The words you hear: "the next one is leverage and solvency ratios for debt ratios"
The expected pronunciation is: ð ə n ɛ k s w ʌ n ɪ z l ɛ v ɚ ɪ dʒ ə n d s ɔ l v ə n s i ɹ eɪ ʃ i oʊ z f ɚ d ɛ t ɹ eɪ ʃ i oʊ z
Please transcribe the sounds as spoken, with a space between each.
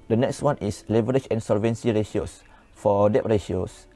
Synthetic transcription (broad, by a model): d ə n ɛ k s w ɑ n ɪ s l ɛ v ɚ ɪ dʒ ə n s ɔ l v ə n s i ɹ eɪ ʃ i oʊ s f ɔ d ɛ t ɹ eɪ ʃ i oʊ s